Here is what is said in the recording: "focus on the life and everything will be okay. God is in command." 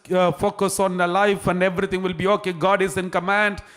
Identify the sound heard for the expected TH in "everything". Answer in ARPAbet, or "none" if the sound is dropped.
T